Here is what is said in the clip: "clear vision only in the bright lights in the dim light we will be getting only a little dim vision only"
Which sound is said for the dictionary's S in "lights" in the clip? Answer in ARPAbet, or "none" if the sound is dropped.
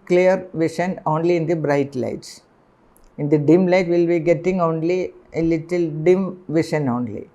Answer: S